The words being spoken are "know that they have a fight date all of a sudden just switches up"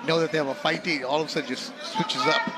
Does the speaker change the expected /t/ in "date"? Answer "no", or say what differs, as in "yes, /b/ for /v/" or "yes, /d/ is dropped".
yes, /t/ is dropped